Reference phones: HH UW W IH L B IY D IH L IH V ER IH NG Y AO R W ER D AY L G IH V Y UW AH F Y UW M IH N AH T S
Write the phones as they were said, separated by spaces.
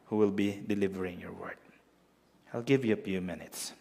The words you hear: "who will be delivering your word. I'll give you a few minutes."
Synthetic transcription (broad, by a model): HH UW W IH L B IY D IH L IH V ER IH NG Y AO R W ER D AY L G IH V Y UW AH F Y UW M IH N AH T S